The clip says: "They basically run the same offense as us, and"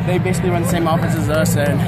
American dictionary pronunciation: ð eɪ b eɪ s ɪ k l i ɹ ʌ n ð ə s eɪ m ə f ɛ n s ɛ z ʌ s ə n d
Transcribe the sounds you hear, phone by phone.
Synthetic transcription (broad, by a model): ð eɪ b eɪ s ɪ k l i ɹ ʌ n ð ə s eɪ m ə f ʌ s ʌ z ʌ s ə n